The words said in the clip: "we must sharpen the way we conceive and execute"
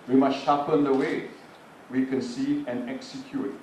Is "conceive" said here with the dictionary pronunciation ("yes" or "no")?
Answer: no